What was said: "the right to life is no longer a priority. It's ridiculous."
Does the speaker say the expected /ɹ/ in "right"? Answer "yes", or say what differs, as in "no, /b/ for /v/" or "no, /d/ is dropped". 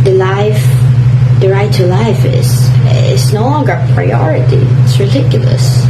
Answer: no, /l/ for /ɹ/